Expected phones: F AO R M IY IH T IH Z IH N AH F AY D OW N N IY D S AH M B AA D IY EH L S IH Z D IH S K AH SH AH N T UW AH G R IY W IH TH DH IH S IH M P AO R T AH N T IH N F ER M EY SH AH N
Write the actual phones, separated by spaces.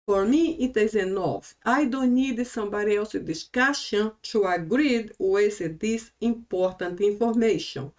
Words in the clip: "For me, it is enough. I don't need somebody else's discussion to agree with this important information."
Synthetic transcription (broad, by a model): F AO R M IY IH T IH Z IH N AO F AY D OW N N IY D S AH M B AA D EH W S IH D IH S K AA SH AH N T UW AH G R IY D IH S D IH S IH M P AO R T AH N T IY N F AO M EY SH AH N